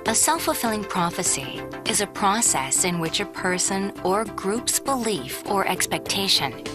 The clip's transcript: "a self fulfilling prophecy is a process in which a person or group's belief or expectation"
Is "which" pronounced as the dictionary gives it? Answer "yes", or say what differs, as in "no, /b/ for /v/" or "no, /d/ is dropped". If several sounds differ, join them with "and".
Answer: yes